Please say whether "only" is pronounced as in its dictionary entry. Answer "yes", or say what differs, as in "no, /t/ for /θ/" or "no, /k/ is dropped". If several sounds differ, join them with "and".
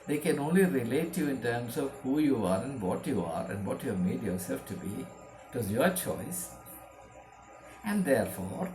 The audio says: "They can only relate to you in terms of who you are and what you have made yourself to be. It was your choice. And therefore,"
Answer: yes